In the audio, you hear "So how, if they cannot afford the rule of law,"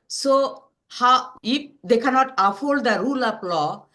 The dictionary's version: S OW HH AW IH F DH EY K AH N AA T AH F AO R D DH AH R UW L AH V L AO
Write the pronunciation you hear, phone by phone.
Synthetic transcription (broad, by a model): S OW HH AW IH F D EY K AH N AA T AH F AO L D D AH R UW L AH P L AO